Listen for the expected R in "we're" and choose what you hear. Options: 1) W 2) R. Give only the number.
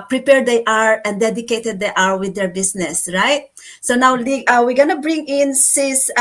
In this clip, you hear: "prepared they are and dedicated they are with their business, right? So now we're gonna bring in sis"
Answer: 1